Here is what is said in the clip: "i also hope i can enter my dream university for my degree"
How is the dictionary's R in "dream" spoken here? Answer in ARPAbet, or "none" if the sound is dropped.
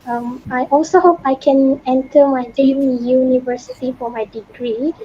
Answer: L